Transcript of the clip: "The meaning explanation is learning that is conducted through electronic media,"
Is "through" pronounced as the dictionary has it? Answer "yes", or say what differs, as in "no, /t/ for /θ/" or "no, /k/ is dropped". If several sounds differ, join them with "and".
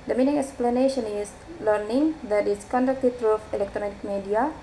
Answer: no, /t/ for /θ/